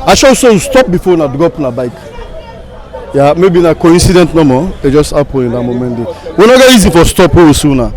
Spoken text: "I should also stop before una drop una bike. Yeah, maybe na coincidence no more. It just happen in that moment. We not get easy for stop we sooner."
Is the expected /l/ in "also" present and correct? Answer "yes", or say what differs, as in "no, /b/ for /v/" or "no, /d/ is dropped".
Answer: no, /l/ is dropped